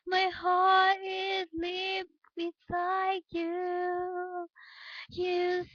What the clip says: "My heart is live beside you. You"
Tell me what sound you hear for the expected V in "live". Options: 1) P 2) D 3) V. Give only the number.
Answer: 1